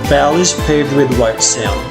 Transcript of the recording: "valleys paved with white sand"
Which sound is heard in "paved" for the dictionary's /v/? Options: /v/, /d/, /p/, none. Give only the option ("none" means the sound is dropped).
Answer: none